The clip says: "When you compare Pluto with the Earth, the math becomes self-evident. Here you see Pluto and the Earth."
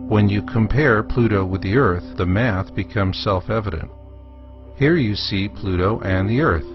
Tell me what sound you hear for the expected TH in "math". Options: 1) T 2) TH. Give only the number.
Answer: 2